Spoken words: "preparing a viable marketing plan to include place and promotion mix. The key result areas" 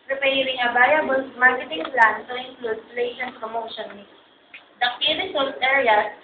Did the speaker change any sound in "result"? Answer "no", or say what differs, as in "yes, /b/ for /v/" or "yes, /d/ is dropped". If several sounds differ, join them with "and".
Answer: yes, /s/ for /z/